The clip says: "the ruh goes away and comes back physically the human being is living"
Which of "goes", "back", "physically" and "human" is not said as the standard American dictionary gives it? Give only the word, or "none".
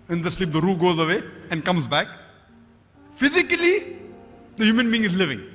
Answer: none